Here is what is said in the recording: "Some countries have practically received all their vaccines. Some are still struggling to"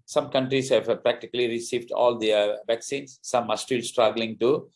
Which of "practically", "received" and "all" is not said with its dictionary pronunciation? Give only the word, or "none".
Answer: none